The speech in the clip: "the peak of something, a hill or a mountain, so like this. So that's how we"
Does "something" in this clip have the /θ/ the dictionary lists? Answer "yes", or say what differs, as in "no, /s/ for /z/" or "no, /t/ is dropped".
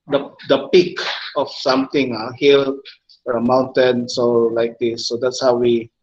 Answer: no, /t/ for /θ/